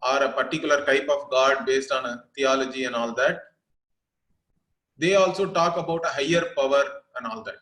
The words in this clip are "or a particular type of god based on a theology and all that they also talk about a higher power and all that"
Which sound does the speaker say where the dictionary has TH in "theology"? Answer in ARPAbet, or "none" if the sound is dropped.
T